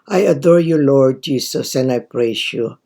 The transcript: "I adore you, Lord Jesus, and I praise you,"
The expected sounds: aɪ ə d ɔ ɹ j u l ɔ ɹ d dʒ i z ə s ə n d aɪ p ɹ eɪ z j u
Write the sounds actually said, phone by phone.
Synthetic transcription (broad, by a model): aɪ ə d ɔ ɹ j u l ɔ ɹ d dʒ i s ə s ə n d aɪ p ɹ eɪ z j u